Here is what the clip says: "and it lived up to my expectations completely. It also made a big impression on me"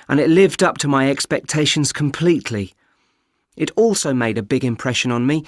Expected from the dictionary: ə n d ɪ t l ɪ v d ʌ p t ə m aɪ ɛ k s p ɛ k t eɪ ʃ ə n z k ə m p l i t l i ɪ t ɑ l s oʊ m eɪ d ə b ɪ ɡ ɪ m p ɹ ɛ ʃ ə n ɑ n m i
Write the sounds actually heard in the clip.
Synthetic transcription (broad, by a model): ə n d ɪ t l ɪ v d ʌ p t ə m aɪ ɛ k s p ɛ k t eɪ ʃ ə n z k ə m p l i t l i ɪ t ɑ l s oʊ m eɪ d ə b ɪ ɡ ɪ m p ɹ ɛ ʃ ə n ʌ n m i